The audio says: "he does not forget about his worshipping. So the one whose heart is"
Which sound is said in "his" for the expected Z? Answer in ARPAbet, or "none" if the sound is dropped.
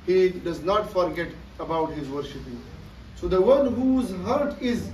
Z